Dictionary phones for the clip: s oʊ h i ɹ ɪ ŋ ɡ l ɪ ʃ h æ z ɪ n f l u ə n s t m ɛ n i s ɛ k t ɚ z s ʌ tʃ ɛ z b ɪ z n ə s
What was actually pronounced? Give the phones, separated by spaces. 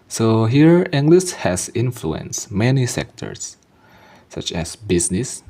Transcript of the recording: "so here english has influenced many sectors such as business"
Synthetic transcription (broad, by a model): s oʊ h i ɹ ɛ ŋ ɡ l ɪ s h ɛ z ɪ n f l u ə n s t m ɛ n i s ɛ k t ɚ s ʌ tʃ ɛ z b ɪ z n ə s